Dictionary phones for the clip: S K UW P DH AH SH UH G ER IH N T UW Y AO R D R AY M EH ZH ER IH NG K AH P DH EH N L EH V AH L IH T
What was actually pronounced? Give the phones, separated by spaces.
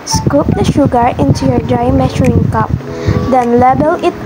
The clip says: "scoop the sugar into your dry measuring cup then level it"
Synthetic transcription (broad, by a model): S K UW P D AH SH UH G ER IH N T UW Y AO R D R AY M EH SH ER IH NG K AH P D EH N L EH B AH L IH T